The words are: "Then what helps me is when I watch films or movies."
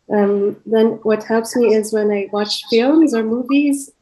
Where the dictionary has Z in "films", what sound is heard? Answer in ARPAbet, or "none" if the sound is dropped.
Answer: Z